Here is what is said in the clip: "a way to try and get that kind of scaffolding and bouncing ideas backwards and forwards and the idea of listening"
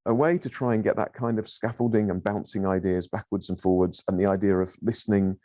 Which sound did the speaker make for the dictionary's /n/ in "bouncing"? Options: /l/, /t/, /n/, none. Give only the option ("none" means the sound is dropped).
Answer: /n/